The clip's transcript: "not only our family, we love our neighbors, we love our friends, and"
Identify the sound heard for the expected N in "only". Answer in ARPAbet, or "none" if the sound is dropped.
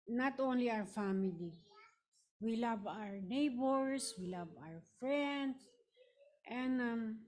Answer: N